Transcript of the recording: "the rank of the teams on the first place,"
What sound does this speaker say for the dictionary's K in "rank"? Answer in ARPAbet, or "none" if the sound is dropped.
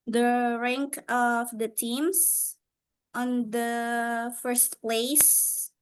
K